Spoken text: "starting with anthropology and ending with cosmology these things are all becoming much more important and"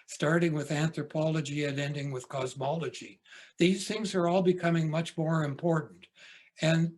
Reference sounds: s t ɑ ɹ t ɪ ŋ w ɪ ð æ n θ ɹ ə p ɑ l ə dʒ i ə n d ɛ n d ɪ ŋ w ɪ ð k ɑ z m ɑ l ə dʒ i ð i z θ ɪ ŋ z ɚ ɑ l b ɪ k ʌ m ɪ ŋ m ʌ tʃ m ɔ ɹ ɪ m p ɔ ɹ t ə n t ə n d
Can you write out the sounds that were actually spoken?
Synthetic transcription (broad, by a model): s t ɑ ɹ t ɪ ŋ w ɪ ð æ n θ ɹ ə p ɑ l ə dʒ i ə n ɛ n d ɪ ŋ w ɪ ð k ɑ z m ɑ l ə dʒ i ð i z θ ɪ ŋ z ɚ ɑ l b ɪ k ʌ m ɪ ŋ m ʌ tʃ m ɔ ɹ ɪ m p ɔ ɹ t n t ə n